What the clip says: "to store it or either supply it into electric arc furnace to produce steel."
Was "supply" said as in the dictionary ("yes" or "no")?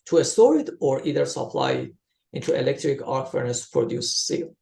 yes